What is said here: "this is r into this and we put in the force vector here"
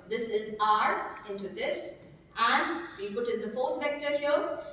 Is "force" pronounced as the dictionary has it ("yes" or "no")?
no